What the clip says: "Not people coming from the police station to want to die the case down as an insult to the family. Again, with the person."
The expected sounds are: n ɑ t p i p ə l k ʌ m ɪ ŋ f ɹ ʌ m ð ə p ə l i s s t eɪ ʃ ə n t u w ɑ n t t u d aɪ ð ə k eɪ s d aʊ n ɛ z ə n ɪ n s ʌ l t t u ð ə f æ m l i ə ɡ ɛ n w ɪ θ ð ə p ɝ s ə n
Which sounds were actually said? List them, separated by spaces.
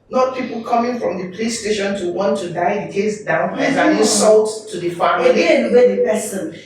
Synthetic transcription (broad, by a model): n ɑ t p i p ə l k ʌ m ɪ ŋ f ɹ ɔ m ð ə p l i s s t eɪ ʃ ə n t u w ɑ n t t u d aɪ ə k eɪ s d aʊ n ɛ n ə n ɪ s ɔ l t t u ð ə f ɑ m i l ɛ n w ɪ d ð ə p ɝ s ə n